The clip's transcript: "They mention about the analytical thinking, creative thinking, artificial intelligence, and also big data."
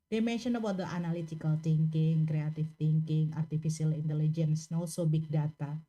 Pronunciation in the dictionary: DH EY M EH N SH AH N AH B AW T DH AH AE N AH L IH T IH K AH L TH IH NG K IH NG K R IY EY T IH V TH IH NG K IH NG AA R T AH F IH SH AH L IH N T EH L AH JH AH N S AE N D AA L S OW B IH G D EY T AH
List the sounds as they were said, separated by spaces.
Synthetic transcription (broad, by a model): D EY M EH N SH AH N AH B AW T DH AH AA N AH L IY T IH K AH L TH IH NG K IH NG K R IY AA T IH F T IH NG K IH NG AA R T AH F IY S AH L IH N T EH L AH JH AH N S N AA L S OW B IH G D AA T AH